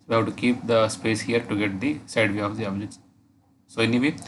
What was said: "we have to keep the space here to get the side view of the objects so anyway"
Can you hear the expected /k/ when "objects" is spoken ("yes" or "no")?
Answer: no